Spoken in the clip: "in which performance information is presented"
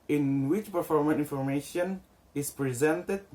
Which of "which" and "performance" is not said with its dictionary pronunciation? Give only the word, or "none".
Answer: performance